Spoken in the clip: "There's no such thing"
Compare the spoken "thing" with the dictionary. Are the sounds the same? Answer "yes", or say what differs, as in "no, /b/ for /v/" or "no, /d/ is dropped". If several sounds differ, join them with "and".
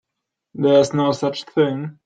yes